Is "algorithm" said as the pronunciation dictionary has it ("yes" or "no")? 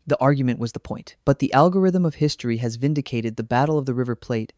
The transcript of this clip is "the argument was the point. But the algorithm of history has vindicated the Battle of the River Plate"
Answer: yes